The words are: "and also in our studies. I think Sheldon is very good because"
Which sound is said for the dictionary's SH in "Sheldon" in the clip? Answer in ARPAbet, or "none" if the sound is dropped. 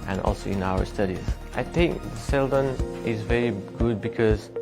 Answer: S